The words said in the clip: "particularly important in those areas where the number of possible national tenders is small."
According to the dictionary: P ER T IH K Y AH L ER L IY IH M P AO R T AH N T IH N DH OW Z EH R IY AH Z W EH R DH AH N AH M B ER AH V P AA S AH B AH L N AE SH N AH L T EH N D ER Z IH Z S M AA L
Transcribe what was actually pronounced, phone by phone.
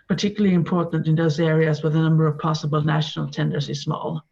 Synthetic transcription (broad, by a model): P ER T IH K Y L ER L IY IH M P AO R T N T IH N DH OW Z EH R IY AH Z W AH DH AH N AH M B ER AH V P AA S AH B AH L N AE SH N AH L T EH N D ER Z IH Z S M AA L